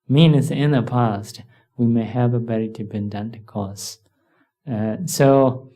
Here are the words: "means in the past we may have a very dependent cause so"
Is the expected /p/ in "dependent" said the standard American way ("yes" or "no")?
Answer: no